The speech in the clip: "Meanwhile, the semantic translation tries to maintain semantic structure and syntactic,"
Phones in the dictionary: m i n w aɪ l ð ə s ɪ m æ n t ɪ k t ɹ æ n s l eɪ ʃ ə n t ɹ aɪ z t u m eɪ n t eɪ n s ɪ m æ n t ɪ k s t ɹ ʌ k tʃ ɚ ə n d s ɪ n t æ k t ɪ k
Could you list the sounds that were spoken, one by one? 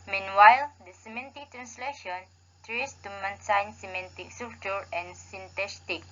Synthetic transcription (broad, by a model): m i n w aɪ l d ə s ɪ m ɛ n t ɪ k t ɹ æ n s l eɪ ʃ ə n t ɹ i s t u m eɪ n s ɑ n s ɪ m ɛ n t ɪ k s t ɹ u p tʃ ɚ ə n s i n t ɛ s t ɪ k